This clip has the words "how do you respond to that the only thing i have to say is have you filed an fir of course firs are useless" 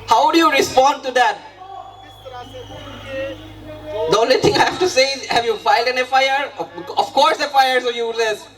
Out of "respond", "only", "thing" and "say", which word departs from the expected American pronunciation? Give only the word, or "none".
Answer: thing